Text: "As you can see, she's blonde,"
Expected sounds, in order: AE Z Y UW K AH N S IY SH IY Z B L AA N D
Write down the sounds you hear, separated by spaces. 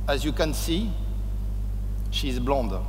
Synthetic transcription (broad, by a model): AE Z Y UW K AH N S IY SH IY Z B L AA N D